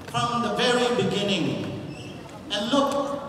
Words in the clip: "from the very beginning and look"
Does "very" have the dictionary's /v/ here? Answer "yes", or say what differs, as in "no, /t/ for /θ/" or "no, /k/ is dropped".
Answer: yes